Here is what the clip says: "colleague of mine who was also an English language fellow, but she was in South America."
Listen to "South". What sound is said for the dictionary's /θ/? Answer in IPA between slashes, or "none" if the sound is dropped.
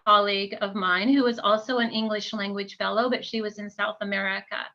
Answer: /θ/